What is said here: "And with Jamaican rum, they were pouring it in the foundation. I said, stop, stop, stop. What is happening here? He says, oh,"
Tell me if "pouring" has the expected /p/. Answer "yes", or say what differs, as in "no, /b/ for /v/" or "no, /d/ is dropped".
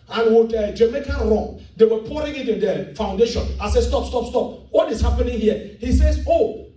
yes